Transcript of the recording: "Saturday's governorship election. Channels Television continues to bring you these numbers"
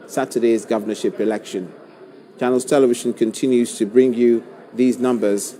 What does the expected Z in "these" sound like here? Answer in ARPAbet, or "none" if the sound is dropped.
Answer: Z